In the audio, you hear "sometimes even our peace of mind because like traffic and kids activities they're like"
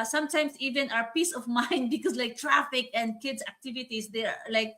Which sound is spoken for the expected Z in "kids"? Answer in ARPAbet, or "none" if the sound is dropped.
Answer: S